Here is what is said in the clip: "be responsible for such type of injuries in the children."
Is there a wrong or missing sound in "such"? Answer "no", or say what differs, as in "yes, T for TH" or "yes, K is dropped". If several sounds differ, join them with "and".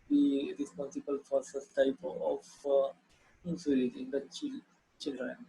yes, S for CH